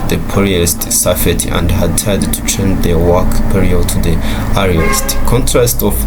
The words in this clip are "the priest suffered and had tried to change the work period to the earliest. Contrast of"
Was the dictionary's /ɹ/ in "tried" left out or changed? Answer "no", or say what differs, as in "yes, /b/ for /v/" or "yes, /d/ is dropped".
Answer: yes, /ɹ/ is dropped